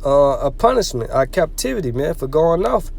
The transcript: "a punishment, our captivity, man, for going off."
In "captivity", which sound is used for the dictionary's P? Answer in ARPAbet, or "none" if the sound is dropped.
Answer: P